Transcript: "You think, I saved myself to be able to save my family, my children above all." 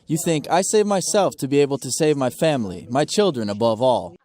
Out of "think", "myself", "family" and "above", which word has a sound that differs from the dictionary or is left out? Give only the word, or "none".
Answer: none